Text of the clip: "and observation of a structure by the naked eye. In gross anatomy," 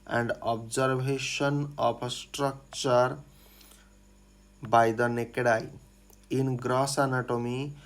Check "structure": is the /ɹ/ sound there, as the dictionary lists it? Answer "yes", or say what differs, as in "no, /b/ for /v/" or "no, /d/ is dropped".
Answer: yes